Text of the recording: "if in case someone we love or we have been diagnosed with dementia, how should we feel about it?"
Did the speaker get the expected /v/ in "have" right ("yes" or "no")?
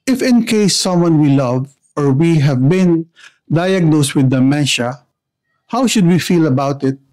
yes